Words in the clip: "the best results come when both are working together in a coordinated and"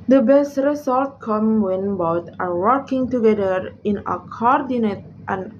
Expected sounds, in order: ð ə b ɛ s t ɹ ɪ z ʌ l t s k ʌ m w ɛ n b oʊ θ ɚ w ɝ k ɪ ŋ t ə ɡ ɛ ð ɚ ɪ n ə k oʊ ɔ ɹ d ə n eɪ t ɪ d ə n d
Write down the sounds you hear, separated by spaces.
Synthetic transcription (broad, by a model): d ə b ɛ s t ɹ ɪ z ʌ l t k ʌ m w ɛ n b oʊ t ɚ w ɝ k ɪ ŋ t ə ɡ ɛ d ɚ ɪ n ə k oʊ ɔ ɹ d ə n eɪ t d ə n